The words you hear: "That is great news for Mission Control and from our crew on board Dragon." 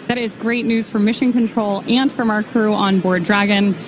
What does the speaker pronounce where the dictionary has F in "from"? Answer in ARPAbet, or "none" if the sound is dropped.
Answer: F